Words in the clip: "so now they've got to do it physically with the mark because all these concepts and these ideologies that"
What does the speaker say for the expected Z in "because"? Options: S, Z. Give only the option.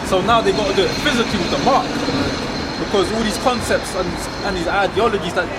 Z